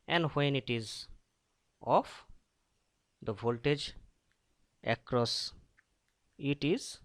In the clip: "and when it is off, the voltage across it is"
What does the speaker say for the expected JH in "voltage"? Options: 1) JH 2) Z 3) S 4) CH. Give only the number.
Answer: 1